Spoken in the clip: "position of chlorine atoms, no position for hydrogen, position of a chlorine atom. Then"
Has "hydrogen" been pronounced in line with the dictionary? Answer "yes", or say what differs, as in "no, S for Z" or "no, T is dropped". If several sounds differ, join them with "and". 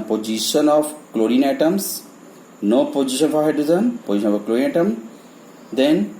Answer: no, Z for JH